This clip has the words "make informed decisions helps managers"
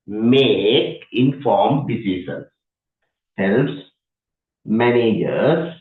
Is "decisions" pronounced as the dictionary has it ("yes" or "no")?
no